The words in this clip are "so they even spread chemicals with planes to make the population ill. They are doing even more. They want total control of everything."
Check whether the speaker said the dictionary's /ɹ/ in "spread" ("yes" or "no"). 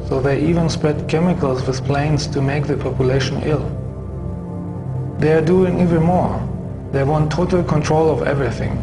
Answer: yes